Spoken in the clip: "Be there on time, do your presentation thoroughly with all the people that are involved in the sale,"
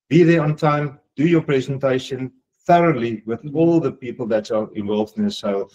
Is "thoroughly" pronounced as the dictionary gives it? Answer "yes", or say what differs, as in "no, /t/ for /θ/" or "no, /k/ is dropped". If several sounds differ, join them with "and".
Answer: yes